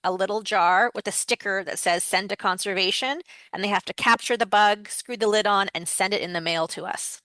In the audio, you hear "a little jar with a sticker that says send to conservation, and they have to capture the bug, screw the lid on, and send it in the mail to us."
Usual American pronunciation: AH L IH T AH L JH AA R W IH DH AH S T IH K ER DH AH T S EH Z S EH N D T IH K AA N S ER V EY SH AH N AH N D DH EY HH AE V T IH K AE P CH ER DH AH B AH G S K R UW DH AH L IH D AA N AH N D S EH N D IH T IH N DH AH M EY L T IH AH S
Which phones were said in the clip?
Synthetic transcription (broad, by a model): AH L IH T L JH AA R W IH DH AH S T IH K ER DH AH T S EH Z S EH N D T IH K AA N S ER V EY SH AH N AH N DH EY HH AE F T IH K AE P CH ER DH AH B AH G S K R UW DH AH L IH D N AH N S EH N D IH T IH N DH AH M EY L T IH AH S